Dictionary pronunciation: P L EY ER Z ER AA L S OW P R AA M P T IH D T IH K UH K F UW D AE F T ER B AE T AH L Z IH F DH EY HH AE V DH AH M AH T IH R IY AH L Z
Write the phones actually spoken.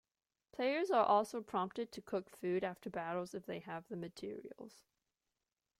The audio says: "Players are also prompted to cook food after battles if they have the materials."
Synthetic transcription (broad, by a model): P L EY ER Z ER AA L S OW P R AA M P T IH D T IH K UH K F UW D AE F T ER B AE T L Z IH F DH EY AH V DH AH M AH T IH R IY AH L Z